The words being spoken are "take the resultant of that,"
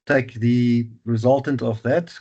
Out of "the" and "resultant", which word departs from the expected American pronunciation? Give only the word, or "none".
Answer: none